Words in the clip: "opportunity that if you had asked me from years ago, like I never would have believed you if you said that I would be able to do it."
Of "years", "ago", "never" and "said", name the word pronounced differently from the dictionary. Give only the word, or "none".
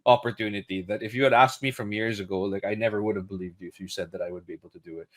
none